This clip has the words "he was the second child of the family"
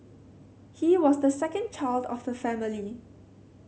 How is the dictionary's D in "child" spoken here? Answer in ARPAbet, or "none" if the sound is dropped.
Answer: D